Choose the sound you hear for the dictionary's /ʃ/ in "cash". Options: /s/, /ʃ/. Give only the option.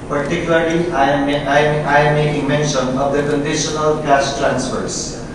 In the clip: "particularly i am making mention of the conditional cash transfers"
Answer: /s/